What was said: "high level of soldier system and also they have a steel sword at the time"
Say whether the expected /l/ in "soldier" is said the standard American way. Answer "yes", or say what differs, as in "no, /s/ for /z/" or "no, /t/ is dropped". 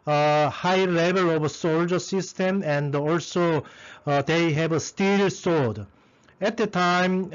yes